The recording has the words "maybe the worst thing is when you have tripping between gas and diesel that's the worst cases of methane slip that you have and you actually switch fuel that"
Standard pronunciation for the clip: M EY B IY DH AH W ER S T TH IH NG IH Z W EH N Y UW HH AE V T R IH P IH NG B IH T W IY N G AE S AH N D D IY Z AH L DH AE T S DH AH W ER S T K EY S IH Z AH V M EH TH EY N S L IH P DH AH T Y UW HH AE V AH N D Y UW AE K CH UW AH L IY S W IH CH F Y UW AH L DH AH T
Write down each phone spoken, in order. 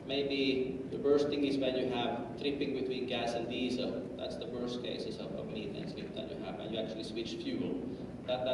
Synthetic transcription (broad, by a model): M EY B IY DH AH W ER S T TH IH NG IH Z W EH N Y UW HH AE V T R IH P IH NG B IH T W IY N G AE S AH N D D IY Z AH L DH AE T S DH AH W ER S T K EY S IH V AH V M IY T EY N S IH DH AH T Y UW HH AE V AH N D Y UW AE K CH UW AH L IY S W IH CH F Y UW L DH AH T